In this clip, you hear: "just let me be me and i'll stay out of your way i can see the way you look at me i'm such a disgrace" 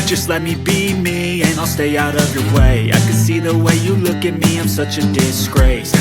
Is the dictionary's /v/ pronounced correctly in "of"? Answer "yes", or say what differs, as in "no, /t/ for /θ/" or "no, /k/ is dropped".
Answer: yes